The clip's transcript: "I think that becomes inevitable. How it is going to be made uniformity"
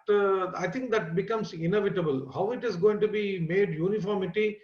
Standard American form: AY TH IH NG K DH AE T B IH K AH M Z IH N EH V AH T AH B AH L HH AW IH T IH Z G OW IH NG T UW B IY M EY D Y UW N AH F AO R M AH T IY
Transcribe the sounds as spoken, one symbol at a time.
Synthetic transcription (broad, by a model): AY T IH NG K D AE T B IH K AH M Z IH N EH V AH T AH B AH L HH AW IH T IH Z G OW IH NG T UW B IY M EY D Y UW N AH F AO R M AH T IY